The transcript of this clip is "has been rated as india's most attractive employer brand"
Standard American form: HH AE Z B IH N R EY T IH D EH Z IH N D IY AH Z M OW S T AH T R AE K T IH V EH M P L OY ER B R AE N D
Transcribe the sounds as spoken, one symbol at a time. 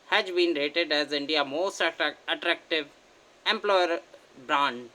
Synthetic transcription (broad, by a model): HH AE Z B IH N R EY T IH D EH Z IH N D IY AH M OW S T AH T R AE K T IH V EH M P L OY ER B R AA N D